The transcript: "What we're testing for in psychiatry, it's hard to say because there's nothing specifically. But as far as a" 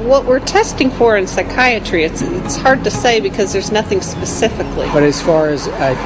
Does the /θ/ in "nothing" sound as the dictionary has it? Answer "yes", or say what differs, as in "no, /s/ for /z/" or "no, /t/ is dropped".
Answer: yes